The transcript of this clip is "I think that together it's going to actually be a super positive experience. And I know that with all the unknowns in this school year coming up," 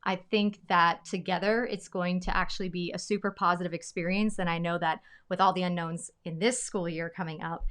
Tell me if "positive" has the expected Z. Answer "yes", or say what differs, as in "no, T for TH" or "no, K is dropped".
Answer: yes